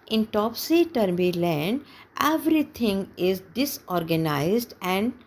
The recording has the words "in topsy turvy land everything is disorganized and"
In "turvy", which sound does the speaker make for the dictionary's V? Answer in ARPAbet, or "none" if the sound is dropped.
B